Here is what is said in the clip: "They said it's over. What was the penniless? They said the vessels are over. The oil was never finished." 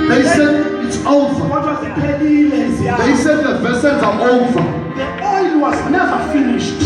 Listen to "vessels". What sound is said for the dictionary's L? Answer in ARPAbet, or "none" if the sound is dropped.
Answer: N